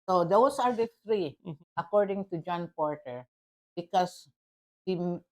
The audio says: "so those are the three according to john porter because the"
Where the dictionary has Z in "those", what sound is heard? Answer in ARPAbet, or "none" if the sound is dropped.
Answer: S